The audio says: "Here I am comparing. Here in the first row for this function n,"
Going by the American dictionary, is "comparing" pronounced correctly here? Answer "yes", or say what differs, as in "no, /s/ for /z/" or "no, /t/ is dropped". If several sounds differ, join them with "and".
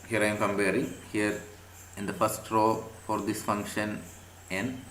no, /b/ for /p/